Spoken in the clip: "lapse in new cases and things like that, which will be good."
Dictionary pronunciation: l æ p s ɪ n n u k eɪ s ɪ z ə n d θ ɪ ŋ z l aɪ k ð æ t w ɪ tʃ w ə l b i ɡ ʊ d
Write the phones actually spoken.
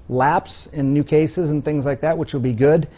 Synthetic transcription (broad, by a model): l æ p s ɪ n n u k eɪ s ɪ z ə n θ ɪ ŋ z l aɪ k ð æ t w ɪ tʃ w ə l b i ɡ ʊ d